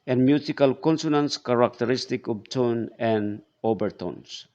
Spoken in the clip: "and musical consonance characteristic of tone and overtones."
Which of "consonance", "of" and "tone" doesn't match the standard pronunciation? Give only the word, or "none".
of